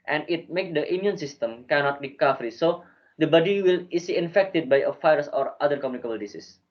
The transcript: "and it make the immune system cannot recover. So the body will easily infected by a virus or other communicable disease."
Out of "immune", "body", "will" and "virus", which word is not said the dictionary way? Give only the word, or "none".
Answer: virus